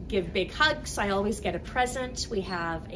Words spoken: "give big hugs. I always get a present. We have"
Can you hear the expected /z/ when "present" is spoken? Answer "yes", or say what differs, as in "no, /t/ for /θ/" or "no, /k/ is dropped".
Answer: yes